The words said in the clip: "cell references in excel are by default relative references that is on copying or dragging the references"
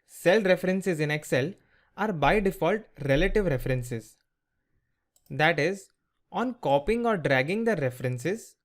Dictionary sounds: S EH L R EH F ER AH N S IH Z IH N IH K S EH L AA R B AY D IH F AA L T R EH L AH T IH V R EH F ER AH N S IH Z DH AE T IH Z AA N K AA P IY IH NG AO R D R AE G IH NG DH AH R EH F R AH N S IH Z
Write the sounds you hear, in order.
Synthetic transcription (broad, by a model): S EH L R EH F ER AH N S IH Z IH N IH K S EH L AA R B AY D IH F AA L T R EH L AH T IH V R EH F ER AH N S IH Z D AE T IH Z AA N K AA P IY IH NG AO R D R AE G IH NG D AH R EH F R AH N S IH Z